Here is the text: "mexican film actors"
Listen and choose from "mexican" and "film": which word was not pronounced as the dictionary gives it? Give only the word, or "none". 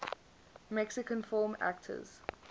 film